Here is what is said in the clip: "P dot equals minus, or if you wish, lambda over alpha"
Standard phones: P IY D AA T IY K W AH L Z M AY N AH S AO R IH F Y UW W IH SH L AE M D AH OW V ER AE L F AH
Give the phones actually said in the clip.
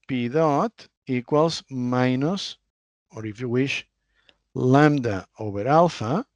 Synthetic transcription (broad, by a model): P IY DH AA T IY K W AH L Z M AY N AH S AO R IH F Y UW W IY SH L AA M D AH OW B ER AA L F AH